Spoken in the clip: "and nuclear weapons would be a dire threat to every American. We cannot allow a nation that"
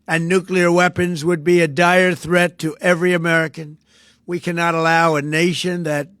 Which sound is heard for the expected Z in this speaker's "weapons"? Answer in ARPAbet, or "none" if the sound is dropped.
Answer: Z